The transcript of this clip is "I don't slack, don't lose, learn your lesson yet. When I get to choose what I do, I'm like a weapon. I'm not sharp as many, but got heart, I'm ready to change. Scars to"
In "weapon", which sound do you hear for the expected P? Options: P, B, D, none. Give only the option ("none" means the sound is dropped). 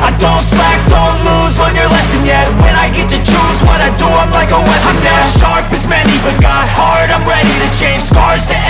none